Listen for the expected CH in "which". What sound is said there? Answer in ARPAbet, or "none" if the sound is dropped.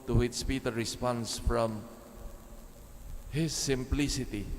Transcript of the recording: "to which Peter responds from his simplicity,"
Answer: S